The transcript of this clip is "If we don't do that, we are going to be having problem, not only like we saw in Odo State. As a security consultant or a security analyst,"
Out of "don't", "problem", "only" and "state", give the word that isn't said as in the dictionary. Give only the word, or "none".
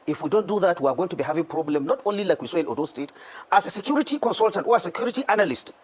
none